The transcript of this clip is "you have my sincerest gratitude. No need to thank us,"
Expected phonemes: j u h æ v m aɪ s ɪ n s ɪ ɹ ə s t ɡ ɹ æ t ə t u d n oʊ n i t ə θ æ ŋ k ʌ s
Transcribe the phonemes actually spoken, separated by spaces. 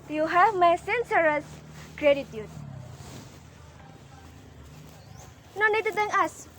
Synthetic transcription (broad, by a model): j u h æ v m aɪ s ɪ n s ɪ ɹ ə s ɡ ɹ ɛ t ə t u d n oʊ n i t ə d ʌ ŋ ʌ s